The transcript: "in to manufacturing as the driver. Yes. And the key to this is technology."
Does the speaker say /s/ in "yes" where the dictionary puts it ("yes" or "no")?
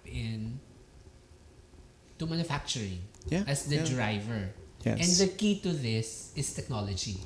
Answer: no